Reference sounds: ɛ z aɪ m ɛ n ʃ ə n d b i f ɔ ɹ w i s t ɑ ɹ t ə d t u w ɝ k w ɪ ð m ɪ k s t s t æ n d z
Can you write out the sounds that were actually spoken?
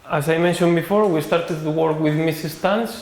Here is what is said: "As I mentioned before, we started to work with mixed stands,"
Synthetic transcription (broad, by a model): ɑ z aɪ m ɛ n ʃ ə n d b i f ɔ ɹ w i s t ɑ ɹ t ə d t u w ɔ k w ɪ ð m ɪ s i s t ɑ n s